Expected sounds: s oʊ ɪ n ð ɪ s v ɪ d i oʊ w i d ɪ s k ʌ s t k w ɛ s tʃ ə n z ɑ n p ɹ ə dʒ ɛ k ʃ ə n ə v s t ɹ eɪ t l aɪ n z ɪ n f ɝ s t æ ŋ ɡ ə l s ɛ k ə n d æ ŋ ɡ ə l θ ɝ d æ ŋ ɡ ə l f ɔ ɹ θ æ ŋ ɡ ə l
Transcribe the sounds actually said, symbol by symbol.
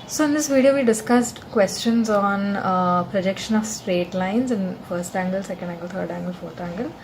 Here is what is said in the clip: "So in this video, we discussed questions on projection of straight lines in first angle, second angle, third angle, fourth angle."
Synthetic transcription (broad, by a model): s oʊ ɪ n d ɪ s v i d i oʊ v i d ɪ s k ʌ s t k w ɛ s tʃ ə n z ɑ n p ɹ ə dʒ ɛ k ʃ ə n ə v s t ɹ eɪ t l aɪ n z ɪ n f ɝ s t æ ŋ ɡ ə l s ɛ k ə n d æ ŋ ɡ ə l t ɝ d æ ŋ ɡ ə l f ɔ ɹ t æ ŋ ɡ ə l